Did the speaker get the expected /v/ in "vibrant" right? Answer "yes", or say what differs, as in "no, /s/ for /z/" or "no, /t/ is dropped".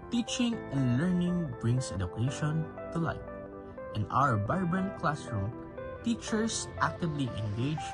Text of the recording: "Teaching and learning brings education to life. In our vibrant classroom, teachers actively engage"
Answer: no, /b/ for /v/